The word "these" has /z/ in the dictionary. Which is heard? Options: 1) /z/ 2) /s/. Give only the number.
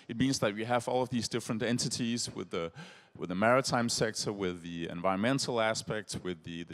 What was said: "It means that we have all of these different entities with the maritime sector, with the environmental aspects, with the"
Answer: 1